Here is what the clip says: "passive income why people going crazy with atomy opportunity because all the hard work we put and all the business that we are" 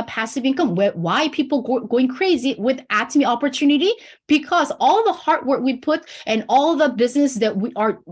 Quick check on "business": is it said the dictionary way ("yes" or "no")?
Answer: yes